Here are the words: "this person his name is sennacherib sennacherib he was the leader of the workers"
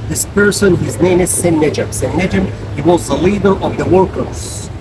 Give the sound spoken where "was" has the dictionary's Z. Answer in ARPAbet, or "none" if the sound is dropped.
Z